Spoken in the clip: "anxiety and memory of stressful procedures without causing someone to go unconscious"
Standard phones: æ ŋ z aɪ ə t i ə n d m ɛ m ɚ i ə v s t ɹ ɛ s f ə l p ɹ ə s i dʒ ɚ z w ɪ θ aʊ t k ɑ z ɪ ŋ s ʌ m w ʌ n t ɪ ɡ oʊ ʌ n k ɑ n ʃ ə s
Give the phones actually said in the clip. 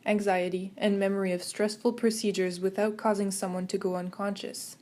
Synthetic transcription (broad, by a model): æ ŋ z aɪ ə t i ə n m ɛ m ɚ i ə v s t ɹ ɛ s f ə l p ɹ ə s i dʒ ɚ z w ɪ θ aʊ t k ɑ z ɪ ŋ s ʌ m w ʌ n t ɪ ɡ oʊ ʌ n k ɑ n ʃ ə s